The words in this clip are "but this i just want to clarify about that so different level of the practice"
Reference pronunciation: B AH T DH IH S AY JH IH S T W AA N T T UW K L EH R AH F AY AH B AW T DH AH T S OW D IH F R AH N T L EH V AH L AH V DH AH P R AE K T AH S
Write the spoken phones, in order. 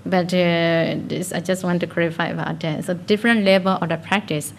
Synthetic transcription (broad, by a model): B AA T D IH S AY JH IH S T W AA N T T UW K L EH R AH F AY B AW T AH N S OW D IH F R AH N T L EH B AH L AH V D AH P R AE K T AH S